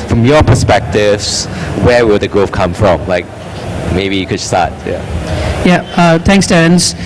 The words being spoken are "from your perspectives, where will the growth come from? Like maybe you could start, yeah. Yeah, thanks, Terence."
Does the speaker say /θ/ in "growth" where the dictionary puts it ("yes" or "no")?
no